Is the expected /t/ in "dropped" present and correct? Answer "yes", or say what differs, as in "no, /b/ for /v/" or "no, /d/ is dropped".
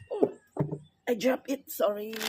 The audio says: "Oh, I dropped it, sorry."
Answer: no, /t/ is dropped